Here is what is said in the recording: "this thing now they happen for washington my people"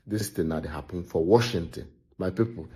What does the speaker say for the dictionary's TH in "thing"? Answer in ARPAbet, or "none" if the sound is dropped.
T